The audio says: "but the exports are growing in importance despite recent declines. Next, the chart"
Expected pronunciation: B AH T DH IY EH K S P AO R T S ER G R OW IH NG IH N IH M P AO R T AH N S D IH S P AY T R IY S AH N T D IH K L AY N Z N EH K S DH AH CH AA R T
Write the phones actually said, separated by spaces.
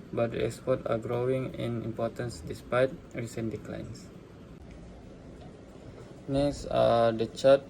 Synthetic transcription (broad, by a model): B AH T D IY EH K S P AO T AA G R OW IH NG IH N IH M P AO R T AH N S D IH S P AY T R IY S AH N D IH K L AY N S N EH S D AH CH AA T